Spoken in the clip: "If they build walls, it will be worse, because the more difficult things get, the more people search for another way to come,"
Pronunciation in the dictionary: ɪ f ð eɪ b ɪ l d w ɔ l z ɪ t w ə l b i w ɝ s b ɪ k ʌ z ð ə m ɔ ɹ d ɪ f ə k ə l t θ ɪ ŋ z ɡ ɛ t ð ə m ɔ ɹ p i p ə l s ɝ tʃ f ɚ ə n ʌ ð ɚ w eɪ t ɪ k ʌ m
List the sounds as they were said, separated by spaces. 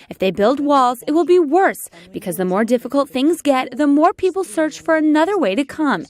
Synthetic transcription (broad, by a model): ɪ f ð eɪ b ɪ l d w ɔ l z ɪ t w ə l b i w ɝ s b ɪ k ʌ z ð ə m ɔ ɹ d ɪ f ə k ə l t θ ɪ ŋ z ɡ ɛ t ð ə m ɔ ɹ p i p l s ɝ tʃ f ɚ ə n ʌ ð ɚ w eɪ t ɪ k ʌ m